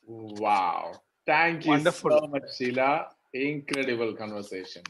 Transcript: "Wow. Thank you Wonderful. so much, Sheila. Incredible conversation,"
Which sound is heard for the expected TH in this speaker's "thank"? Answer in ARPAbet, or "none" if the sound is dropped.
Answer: T